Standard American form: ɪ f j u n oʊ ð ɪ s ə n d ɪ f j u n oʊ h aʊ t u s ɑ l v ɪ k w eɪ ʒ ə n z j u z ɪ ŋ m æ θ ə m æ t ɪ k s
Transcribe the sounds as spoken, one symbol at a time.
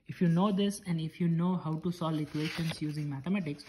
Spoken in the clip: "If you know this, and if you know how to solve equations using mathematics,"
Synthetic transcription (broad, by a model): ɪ f j u n oʊ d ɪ s ə n d ɪ f j u n oʊ h aʊ t u s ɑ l ɪ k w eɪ ʃ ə n s j u z ɪ ŋ m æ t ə m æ t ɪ k s